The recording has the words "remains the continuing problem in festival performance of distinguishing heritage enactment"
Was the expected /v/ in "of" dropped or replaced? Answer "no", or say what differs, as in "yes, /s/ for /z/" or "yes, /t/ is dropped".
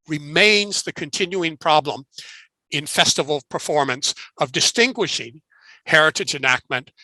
no